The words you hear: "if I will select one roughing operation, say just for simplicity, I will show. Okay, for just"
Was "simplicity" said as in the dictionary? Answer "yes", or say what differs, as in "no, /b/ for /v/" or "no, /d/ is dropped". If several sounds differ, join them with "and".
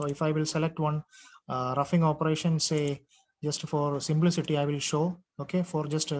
yes